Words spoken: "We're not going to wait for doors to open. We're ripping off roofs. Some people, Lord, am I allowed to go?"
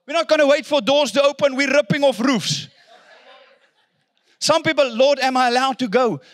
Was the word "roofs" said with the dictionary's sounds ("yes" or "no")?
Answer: yes